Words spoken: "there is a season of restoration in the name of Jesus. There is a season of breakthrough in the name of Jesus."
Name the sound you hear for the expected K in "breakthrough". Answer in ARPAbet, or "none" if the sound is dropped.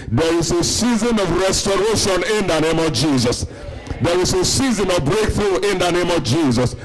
K